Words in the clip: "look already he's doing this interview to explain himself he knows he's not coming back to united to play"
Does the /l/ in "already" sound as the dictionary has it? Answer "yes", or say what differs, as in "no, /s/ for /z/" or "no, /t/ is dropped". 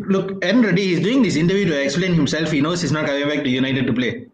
no, /n/ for /l/